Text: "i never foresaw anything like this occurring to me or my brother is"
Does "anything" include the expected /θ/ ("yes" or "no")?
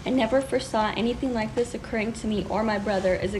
yes